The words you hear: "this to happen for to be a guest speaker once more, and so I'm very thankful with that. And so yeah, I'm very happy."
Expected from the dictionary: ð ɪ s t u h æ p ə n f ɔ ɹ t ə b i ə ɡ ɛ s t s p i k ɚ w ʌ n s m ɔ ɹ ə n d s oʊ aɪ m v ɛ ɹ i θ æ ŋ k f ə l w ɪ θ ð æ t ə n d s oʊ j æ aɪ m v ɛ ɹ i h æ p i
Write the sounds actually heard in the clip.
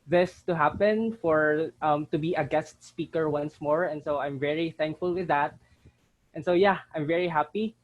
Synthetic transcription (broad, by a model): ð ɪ s t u h æ p ə n f ɔ ɹ t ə b i ə ɡ ɛ s t s p i k ɚ w ʌ n s m ɔ ɹ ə n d s oʊ aɪ m v ɛ ɹ i θ æ ŋ k f ə l w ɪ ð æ t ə n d s oʊ j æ aɪ m v ɛ ɹ i h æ p i